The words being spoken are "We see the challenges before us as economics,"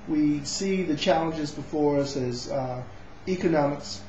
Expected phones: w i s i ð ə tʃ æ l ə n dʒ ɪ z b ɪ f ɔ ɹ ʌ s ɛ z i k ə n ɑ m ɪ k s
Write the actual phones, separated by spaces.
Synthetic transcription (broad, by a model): w i s i ð ə tʃ æ l ə n dʒ ɪ z b ɪ f ɔ ɹ ʌ s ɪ z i k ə n ɑ m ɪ k s